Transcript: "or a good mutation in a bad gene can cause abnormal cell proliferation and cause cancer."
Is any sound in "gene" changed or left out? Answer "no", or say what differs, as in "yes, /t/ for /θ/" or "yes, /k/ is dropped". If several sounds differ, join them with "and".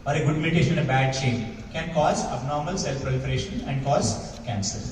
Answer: yes, /tʃ/ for /dʒ/